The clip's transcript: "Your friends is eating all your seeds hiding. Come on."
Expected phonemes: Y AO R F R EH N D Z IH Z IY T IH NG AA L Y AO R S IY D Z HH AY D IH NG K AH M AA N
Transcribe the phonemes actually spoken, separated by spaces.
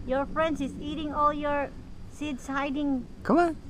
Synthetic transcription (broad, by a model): Y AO R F R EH N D S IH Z IY T IH NG AA L Y AO R S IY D S HH AY D IH NG K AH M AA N